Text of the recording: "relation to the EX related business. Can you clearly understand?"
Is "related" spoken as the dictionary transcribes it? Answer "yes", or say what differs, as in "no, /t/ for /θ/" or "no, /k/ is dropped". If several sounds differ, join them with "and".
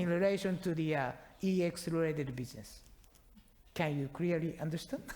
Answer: no, /l/ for /ɹ/